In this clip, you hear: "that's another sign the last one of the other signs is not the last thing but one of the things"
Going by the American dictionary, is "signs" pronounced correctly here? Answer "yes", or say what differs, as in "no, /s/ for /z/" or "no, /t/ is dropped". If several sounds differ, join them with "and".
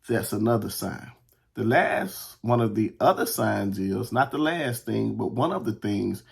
yes